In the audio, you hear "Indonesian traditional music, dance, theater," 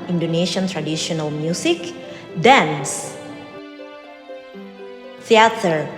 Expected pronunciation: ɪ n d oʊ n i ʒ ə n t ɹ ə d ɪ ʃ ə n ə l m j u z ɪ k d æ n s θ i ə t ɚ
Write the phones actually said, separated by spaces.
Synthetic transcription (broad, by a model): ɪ n d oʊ n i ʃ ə n t ɹ ə d ɪ ʃ ə n ə l m j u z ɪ k d æ n s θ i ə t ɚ